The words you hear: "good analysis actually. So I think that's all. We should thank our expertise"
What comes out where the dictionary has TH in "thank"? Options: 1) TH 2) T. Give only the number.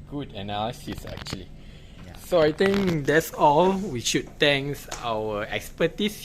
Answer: 2